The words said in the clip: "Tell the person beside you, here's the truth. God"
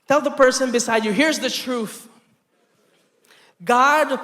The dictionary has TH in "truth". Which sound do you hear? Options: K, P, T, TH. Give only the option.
TH